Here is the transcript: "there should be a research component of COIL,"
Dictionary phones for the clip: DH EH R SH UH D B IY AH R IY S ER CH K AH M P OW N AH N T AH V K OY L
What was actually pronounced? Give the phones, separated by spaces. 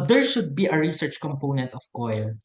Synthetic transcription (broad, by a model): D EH R SH UH D B IY AH R IY S ER CH K AH M P OW N AH N T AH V K OY L